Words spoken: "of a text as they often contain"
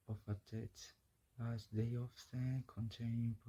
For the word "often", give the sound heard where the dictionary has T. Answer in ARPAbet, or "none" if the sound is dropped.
S